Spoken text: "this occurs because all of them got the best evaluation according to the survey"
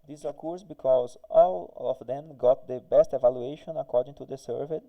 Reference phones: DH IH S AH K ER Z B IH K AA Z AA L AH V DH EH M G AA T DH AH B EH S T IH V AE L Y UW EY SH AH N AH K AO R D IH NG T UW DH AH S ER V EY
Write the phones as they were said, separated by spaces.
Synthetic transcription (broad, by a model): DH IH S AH K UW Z B IH K AA Z AA L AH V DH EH M G AA T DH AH B EH S T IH V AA L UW EY SH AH N AH K AO R D IH NG T UW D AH S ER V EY